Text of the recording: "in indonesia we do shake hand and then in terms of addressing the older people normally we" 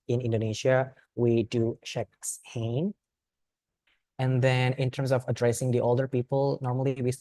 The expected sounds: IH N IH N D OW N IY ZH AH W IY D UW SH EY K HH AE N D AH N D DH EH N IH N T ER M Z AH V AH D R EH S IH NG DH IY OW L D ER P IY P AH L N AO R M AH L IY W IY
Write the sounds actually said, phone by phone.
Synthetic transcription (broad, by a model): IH N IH N D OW N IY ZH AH W IY D UW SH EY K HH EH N AH N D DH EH N IH N T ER M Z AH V AH D R EH S IH NG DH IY OW L D ER P IY P AH L N AO R M AH L IY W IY